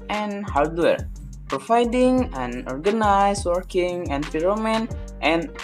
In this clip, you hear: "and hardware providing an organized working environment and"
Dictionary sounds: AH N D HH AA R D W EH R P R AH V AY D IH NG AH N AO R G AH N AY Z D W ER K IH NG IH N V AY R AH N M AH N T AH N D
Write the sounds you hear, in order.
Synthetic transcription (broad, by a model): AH N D HH AA R D W EH R P R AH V AY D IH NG AH N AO R G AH N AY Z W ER K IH NG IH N P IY R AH M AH N T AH N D